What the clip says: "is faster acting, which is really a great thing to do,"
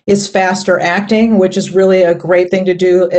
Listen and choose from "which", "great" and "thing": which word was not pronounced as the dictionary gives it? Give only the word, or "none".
none